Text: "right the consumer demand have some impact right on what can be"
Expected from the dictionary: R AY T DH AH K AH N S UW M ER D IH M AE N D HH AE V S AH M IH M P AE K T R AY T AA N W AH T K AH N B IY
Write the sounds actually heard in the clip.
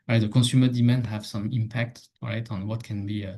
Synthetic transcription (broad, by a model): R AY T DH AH K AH S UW M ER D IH M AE N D HH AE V S AH M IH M P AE K T R AY T AA N W AH T K AH N B IY